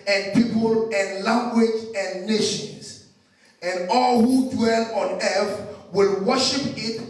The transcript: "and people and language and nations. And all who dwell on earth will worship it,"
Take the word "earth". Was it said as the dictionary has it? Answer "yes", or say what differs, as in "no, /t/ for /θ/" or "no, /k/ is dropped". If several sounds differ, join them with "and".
no, /f/ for /θ/